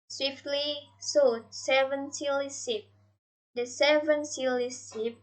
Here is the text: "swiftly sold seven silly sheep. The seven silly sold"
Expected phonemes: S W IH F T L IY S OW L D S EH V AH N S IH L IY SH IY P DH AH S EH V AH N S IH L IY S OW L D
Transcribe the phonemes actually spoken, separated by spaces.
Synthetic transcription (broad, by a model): S W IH F T L IY S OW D S EH V AH N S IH L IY S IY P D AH S EH V AH N S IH L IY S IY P